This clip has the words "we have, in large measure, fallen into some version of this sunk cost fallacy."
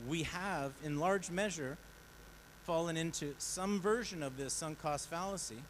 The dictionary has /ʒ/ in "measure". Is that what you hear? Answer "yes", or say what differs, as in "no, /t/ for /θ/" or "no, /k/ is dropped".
yes